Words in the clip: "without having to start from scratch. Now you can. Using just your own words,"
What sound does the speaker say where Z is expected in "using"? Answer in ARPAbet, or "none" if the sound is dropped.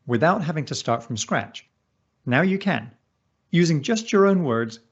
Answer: Z